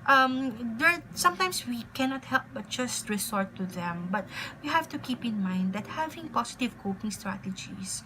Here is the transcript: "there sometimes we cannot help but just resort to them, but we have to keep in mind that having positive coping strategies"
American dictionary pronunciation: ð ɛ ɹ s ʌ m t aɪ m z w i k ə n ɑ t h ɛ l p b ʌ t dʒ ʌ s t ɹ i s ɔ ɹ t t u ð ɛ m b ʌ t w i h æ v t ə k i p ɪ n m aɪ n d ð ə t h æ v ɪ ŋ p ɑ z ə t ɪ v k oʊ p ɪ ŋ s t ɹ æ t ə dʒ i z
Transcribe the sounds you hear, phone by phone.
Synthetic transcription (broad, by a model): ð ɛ ɹ s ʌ m t aɪ m s w i k ə n ɑ t h ɛ l p b ʌ t dʒ ʌ s t ɹ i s ɔ ɹ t t u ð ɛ m b ʌ t w i h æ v t ə k i p ɪ n m aɪ n d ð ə t h æ v ɪ ŋ p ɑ s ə t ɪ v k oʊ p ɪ ŋ s t ɹ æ t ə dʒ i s